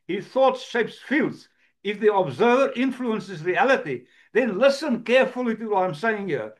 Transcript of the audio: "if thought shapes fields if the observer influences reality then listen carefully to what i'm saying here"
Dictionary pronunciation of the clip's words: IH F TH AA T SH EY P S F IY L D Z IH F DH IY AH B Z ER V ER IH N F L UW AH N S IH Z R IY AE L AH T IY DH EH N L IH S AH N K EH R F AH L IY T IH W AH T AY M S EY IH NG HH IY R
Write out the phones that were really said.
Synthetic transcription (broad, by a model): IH TH AA T SH EY P S F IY L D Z IH F DH IY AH B Z ER V ER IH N F L UW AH N S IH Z R IY AE L AH T IY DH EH N L IH S AH N K EH R F AH L IY T IH W AH T AY M S EY IH NG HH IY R